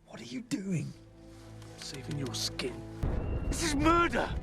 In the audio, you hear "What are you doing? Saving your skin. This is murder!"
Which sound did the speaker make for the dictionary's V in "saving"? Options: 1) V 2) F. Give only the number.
2